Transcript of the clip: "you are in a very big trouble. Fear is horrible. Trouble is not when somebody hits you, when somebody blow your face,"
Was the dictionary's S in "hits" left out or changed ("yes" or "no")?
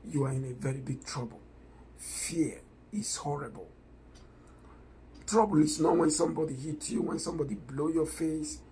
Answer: yes